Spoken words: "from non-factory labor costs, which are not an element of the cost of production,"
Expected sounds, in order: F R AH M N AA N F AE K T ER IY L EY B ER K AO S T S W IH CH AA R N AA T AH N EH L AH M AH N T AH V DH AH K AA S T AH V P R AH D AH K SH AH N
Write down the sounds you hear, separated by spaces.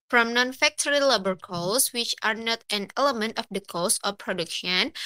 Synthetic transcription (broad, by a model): F R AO M N AA N F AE K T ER IY L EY B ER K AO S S W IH CH AA R N AA T AH N EH L AH M AH N T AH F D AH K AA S AH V P R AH D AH K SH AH N